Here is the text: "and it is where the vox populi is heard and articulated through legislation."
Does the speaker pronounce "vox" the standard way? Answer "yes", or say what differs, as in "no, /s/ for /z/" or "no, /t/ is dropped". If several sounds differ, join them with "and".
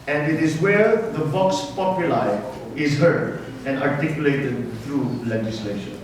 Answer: no, /b/ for /v/